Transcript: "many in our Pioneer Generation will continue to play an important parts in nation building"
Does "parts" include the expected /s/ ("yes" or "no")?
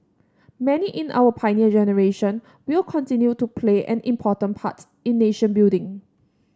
no